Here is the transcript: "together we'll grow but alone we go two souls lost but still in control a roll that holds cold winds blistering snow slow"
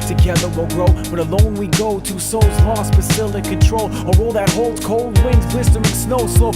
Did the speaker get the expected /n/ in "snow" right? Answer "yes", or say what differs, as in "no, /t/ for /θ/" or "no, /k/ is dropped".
yes